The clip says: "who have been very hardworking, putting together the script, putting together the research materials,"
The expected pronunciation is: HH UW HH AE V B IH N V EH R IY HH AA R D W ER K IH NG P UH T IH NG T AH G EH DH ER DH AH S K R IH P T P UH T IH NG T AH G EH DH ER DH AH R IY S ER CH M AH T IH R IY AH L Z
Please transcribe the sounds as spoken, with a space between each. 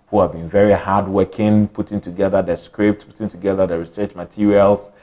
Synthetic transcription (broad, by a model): HH UW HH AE V B IH N V EH R IY HH AA D W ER K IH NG P UH T IH NG T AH G EH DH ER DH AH S K R IH P T P UH T IH NG T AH G EH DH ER DH AH R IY S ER CH M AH T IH R IY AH L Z